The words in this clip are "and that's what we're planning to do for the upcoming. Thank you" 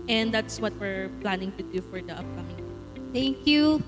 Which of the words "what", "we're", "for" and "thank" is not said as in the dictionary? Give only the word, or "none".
thank